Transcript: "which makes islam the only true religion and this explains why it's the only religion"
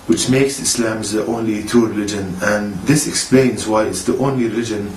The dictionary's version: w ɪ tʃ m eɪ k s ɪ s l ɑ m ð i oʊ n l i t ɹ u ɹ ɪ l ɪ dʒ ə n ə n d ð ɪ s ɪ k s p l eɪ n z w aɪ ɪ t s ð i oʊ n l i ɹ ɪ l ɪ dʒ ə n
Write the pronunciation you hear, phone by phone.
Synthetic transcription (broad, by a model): w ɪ tʃ m eɪ k s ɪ s l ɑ m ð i oʊ n l i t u ɹ ɪ l ɪ dʒ ə n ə n ð ɪ s ɪ k s p l eɪ n z w aɪ ɪ t s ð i oʊ n l i ɹ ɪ l ɪ dʒ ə n